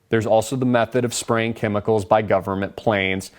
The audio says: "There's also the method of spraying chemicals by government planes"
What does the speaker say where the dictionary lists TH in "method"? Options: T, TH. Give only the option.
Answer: TH